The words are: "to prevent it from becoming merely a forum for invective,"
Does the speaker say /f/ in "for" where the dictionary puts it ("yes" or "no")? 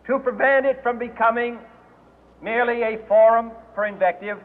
no